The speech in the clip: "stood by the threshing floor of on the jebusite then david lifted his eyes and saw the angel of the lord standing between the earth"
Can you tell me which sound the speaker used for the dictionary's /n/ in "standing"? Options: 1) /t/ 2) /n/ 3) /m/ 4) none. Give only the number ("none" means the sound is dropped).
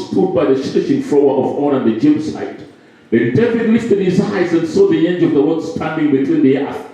2